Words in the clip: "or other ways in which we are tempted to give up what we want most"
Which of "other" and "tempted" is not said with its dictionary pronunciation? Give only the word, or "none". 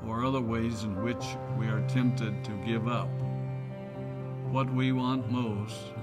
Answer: none